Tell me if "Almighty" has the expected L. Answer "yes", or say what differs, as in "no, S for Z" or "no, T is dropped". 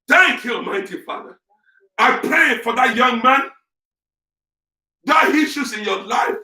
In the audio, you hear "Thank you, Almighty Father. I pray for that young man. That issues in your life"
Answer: no, L is dropped